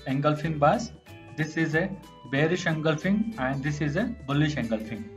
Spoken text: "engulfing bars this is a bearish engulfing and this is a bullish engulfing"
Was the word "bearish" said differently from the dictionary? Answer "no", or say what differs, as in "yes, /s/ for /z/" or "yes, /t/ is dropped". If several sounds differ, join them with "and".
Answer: no